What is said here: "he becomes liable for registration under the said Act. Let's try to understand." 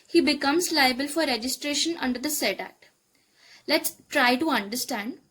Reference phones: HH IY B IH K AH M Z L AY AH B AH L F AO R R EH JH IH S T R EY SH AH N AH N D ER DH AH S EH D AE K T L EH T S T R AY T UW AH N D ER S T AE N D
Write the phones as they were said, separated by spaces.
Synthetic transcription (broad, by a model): HH IY B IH K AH M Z L AY AH B AH L F AO R R EH JH IH S T R EY SH AH N AH N D ER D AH S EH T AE T L EH T S T R AY T UW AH N D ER S T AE N D